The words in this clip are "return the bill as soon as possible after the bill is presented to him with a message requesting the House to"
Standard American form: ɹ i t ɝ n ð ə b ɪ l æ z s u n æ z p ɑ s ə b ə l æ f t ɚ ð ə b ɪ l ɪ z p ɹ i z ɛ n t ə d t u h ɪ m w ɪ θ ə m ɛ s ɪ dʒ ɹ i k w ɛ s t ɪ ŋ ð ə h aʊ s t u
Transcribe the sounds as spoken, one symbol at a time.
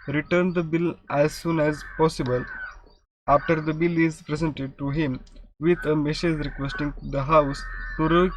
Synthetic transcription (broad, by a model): ɹ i t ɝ n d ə b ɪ l æ z s u n æ z p ɑ s ə b ə l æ f t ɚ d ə b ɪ l ɪ z p ɹ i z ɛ n t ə d t u h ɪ m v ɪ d ə m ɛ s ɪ z ɹ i k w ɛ s t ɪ ŋ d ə h aʊ s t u